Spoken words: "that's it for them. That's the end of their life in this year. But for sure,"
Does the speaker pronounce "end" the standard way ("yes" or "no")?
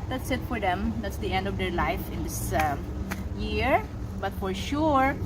yes